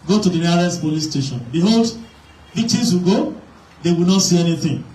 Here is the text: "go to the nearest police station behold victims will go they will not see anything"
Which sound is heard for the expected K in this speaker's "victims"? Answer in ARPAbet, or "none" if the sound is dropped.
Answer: none